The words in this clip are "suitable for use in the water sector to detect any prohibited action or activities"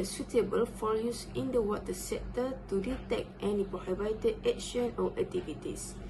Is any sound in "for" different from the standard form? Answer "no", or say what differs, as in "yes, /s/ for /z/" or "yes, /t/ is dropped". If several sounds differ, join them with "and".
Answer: yes, /l/ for /ɹ/